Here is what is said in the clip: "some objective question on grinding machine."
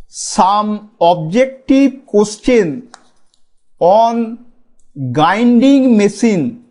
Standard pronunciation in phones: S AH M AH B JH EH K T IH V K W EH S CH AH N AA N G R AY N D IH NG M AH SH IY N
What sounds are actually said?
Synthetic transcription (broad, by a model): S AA M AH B JH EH K T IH B K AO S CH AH N AA N G AY N D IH NG M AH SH IY N